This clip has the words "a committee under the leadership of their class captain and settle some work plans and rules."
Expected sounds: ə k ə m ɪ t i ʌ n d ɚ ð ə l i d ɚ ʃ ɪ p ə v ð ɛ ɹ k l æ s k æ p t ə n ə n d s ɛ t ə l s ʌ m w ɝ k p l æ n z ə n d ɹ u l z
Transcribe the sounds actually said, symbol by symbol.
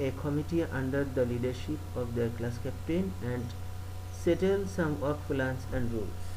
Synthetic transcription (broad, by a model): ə k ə m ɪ t i ʌ n d ɚ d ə l i d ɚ ʃ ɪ p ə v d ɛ ɹ k l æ s k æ p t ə n ə n d s ɛ t ə l s ʌ m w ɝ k f l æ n s ə n d ɹ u l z